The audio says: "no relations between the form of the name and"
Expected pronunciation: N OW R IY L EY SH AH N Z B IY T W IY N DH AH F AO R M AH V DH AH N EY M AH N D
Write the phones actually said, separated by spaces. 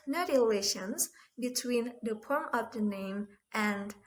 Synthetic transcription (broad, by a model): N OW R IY L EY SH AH N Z B IY T W IY N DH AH P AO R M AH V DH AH N EY M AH N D